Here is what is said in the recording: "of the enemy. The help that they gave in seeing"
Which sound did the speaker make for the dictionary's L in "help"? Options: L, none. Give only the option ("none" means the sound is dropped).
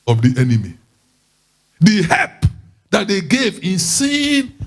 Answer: none